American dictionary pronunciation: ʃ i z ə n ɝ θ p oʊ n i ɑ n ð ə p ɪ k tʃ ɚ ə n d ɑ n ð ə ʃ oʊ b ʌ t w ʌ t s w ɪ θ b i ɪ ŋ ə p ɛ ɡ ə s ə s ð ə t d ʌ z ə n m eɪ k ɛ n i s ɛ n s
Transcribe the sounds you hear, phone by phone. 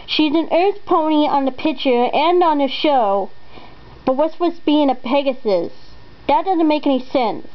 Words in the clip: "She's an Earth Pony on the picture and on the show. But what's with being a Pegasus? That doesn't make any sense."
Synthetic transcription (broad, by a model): ʃ i z ə n ɝ θ p oʊ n i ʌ n ð ə p ɪ k tʃ ɚ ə n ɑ n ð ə ʃ oʊ b ʌ t w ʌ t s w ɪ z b i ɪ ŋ ə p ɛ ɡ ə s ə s ð ə t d ʌ z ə n m eɪ k ɛ n i s ɛ n s